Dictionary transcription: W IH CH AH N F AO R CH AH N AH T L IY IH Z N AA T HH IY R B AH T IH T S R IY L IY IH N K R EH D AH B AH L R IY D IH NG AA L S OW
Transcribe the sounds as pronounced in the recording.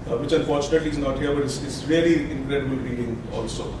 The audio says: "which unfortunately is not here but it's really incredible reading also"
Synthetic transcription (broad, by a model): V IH CH AH N F AO R CH AH N AH T L IY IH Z N AA T HH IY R B AH T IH S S R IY L IY IH N K R EH D AH B AH L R IY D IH NG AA L S OW